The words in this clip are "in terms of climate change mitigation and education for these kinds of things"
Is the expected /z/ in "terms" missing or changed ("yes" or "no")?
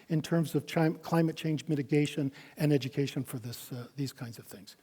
no